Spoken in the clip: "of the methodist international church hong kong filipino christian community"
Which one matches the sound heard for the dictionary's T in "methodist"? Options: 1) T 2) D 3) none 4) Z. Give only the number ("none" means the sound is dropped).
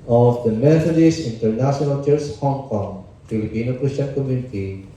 3